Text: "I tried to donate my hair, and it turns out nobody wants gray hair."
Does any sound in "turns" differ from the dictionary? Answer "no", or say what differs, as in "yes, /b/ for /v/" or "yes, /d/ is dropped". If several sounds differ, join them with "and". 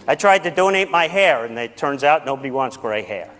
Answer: no